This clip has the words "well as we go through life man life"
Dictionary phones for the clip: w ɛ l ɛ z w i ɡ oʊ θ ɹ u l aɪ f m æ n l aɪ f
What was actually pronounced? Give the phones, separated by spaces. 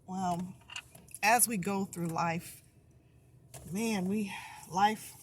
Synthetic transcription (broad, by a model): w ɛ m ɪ z w i ɡ oʊ θ ɹ u l aɪ f m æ n l aɪ f